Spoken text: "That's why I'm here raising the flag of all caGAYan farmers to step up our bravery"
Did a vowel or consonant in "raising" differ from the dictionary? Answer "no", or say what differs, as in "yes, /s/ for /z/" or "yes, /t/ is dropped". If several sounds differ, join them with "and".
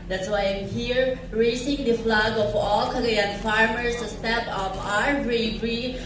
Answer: yes, /s/ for /z/